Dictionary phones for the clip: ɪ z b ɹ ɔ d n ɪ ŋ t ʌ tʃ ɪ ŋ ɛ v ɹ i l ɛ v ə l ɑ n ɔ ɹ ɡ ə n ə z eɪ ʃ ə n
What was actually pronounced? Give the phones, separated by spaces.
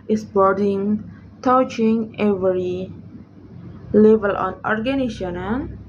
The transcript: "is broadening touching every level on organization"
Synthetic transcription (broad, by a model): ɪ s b ɔ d ɪ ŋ t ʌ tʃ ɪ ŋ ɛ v ɹ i l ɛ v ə l ɑ n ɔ ɹ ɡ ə n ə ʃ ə n